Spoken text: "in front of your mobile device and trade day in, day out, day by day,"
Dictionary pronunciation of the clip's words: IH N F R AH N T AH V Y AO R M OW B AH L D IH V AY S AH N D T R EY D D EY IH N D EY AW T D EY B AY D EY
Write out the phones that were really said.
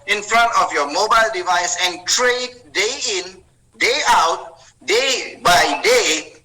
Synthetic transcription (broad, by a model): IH N F R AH N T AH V Y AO M OW B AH L D IH V AY S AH N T R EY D D EY IH N D EY AW T D EY B AY D EY